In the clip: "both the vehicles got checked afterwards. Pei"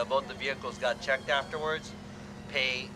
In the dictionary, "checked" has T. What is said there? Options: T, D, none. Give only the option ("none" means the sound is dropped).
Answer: T